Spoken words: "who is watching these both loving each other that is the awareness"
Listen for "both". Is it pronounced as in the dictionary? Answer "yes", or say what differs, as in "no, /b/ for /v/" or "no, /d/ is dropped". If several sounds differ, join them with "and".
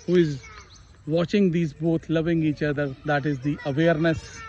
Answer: no, /t/ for /θ/